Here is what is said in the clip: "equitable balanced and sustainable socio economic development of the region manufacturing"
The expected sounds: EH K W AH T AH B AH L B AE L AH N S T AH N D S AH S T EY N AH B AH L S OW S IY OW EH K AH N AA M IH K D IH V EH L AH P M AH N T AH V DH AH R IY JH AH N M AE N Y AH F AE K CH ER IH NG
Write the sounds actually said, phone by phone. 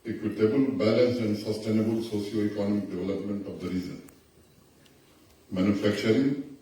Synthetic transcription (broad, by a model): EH K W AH T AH B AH L B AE L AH N S AH N D S AH S T EY N AH B AH L S OW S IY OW EH K AH N AA M IH K D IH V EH L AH P M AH N T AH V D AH R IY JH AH N M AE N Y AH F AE K CH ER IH NG